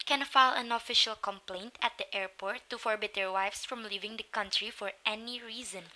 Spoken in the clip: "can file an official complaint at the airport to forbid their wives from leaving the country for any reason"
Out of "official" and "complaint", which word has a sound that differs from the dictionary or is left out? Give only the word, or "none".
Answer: none